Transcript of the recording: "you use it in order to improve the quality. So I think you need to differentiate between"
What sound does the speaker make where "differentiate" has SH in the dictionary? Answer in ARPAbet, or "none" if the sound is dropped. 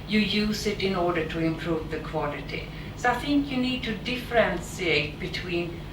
S